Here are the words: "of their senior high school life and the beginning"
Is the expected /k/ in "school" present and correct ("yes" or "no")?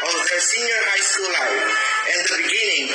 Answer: no